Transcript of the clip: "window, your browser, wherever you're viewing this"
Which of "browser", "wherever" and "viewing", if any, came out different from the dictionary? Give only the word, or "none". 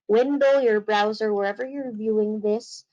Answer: none